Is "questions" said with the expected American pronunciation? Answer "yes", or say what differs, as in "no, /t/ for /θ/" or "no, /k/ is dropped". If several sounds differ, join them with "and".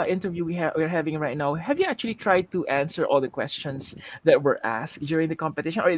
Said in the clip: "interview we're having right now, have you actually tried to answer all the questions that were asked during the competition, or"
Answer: no, /s/ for /z/